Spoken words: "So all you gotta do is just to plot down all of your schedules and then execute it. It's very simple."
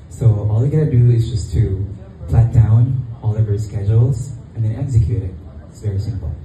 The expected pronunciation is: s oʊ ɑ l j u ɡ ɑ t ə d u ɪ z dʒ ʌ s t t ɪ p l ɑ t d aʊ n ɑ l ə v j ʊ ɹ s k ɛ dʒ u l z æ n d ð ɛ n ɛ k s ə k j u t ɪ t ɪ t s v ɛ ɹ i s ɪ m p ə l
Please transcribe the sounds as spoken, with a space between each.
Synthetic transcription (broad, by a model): s oʊ ɑ l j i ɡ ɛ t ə d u ɪ z dʒ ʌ s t t ɪ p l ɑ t d aʊ n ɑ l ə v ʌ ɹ s k ɛ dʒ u l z n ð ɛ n ɛ k s ə k j u t ɪ t ɪ t s v ɛ ɹ i s ɪ m p l